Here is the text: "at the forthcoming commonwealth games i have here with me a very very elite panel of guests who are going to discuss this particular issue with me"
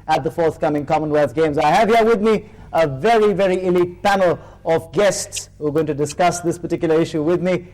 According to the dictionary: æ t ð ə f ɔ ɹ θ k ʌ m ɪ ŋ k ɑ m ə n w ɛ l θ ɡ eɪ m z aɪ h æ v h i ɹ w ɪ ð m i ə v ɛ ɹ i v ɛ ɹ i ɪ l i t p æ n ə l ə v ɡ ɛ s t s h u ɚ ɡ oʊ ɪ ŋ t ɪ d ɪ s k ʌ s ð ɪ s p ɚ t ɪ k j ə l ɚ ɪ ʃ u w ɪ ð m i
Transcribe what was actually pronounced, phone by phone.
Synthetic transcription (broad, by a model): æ t ð ə f ɔ ɹ θ k ʌ m ɪ ŋ k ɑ m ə n w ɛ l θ ɡ eɪ m z aɪ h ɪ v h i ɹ w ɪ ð m i ə v ɛ ɹ i v ɛ ɹ i ɪ l i t p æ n l ə v ɡ ɛ s t s h u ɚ ɡ oʊ ɪ ŋ t ɪ d ɪ s k ʌ s ð ɪ s p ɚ t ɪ k j l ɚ ɪ ʃ u w ɪ ð m i